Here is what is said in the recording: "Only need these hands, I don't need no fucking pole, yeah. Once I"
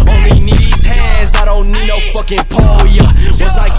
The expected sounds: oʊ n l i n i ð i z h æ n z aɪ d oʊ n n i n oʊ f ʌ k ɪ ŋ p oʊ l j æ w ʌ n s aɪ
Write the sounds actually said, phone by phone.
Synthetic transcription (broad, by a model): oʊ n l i n i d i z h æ z aɪ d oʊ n n i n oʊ f ʌ k ɪ ŋ p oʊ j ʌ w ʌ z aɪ